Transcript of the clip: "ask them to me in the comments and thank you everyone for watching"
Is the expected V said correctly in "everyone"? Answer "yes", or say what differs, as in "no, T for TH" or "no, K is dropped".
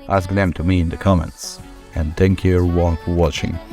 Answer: no, V is dropped